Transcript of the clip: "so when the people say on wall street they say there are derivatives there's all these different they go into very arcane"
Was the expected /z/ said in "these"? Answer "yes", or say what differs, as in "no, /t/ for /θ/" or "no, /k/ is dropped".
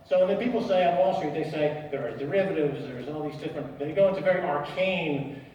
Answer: yes